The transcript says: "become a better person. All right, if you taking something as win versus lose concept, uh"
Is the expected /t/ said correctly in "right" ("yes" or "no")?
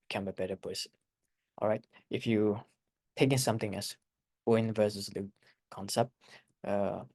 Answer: yes